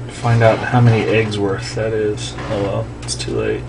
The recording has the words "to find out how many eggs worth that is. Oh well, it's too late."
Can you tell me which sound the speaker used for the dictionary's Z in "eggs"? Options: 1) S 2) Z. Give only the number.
2